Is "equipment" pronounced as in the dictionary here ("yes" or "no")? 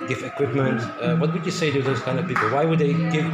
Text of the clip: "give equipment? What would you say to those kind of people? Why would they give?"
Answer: yes